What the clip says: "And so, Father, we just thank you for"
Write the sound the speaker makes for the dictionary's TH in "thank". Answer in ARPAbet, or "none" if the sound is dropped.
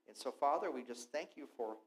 TH